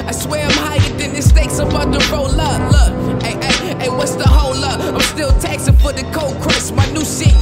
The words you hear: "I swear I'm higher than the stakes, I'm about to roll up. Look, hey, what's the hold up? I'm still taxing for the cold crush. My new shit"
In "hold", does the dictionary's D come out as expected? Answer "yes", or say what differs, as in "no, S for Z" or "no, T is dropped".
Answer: no, D is dropped